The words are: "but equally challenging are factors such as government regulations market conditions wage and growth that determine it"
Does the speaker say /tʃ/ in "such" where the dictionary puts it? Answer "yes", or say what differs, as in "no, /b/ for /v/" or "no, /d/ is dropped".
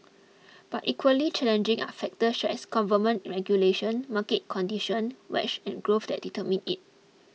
no, /ʃ/ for /tʃ/